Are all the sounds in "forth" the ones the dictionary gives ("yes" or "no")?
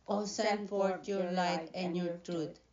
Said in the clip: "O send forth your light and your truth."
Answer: no